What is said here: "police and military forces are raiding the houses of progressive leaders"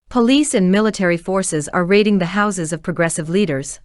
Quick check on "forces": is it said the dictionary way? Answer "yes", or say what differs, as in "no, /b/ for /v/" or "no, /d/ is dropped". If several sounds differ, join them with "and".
yes